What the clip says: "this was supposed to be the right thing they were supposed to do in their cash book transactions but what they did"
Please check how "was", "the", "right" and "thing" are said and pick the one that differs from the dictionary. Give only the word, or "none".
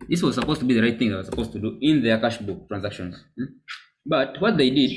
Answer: none